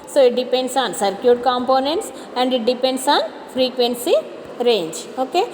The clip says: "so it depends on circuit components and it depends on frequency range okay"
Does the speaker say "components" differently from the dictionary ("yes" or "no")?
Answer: no